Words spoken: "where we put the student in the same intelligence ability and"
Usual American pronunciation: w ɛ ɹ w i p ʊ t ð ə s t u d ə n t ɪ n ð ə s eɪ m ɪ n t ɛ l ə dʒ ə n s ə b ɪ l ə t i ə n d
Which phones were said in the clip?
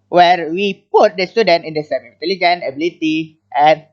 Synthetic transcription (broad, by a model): w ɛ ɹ w i p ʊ t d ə s t u d ə n t ɪ n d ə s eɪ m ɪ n t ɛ l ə dʒ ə n ə b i l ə t i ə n